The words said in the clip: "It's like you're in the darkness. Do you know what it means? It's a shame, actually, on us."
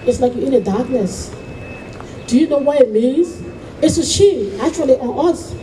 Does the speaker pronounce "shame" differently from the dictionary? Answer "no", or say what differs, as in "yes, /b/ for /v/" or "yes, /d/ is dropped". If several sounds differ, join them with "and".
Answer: yes, /m/ is dropped